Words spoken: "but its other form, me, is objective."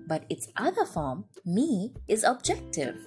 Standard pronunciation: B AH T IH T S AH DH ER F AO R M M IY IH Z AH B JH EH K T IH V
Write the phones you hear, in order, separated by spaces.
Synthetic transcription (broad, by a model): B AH T IH T S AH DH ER F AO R M M IY IH Z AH B JH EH K T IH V